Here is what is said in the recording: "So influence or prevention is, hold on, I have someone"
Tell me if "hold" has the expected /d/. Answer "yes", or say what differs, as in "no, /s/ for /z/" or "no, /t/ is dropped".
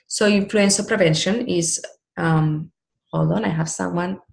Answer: no, /d/ is dropped